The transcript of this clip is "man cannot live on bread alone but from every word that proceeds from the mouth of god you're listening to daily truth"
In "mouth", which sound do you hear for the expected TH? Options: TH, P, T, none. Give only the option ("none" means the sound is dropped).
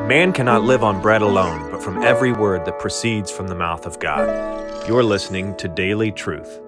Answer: TH